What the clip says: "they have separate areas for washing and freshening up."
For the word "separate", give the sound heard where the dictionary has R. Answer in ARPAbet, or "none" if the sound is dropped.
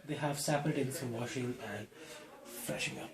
none